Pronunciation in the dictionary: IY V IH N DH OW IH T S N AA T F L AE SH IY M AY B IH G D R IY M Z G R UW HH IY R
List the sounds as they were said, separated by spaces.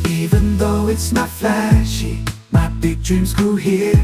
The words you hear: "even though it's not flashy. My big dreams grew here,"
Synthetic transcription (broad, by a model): IY V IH N DH OW IH T S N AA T F L AE SH IY M AY B IH G D R IY M Z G UW HH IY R